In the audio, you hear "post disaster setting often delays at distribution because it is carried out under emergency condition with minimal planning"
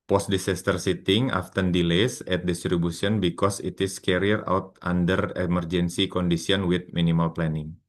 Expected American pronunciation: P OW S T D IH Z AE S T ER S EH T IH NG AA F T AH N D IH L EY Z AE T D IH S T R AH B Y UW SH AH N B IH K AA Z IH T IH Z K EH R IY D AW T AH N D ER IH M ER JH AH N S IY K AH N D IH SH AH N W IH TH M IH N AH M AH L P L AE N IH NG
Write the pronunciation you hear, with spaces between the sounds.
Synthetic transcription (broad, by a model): P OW S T D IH S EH S T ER S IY T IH NG AA F T AH N D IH L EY S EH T D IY S T R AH B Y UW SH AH N B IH K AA S IH T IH S K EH R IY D AW T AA N D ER IH M ER JH AH N S IY K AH N D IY S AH N W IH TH M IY N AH M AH L P L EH N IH NG